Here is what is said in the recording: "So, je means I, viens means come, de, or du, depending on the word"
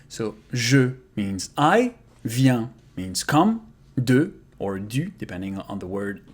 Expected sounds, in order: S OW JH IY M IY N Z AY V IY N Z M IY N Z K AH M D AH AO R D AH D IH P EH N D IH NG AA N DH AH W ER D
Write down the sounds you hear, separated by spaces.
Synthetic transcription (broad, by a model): S OW ZH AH M IY N Z AY V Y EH M IY N Z K AH M D AH AO R D AH D IH P EH N D IH NG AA N DH AH W ER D